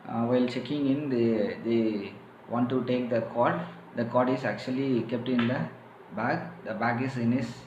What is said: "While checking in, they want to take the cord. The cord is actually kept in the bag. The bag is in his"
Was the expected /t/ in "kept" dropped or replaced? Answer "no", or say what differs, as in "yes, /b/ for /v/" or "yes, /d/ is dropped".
no